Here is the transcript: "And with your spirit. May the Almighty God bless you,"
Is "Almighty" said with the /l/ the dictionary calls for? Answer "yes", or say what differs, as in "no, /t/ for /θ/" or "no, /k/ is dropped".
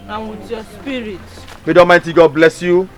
no, /l/ is dropped